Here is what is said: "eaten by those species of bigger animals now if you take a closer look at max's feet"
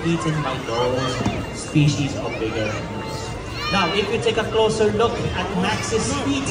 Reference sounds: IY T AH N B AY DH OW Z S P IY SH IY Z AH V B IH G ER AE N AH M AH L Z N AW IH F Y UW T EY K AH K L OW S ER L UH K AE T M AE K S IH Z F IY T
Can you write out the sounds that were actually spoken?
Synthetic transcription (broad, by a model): IY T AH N B AY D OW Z S P IY SH IY Z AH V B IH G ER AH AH Z N AW IH F Y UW T EY K AH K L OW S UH L UH K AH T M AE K S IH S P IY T